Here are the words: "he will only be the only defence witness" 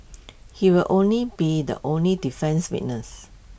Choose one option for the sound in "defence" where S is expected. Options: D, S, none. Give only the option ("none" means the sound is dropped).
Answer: S